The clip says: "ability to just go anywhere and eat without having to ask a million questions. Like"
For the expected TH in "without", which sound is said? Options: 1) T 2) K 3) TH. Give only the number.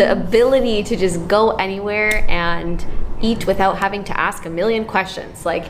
3